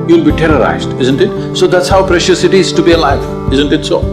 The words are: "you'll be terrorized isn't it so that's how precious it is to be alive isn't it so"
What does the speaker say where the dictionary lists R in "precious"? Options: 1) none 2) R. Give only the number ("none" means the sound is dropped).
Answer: 2